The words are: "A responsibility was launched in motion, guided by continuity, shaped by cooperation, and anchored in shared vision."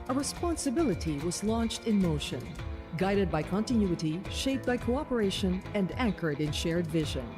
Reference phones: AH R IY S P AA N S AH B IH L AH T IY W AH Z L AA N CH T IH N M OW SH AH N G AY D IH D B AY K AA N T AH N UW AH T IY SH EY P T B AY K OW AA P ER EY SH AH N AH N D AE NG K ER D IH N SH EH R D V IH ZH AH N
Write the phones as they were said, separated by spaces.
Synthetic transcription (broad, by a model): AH R IY S P AA N S AH B IH L AH T IY W AH Z L AA N CH T IH N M OW SH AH N G AY D IH D B AY K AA N T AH N UW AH T IY SH EY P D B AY K OW AA P ER EY SH AH N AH N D AE NG K ER D IH N SH EH R D V IH ZH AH N